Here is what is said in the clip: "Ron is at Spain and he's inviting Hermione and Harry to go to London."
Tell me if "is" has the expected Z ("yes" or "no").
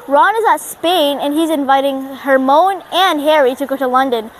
yes